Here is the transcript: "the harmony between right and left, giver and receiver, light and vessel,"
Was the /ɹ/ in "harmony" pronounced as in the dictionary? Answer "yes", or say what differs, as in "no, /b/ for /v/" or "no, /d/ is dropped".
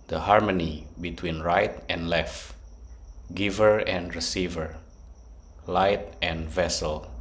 yes